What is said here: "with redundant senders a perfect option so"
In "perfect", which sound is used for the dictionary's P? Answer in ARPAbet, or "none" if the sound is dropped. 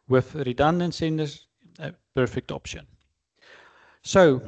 P